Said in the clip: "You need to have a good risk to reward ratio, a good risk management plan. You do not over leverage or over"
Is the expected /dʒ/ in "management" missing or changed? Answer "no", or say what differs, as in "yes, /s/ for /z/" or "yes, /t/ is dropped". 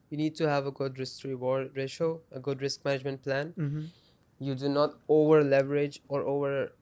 no